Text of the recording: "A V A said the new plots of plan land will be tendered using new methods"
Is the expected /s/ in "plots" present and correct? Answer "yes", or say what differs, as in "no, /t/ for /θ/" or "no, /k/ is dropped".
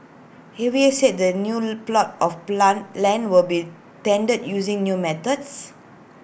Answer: no, /s/ is dropped